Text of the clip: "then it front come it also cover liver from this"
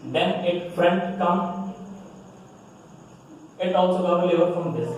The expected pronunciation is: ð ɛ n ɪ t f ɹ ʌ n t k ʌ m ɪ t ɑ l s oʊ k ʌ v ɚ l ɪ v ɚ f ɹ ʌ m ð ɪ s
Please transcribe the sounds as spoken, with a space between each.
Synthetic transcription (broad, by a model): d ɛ n ɪ t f ɹ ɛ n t k ʌ m ɪ t ɑ l s oʊ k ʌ ɚ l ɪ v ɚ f ɹ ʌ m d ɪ s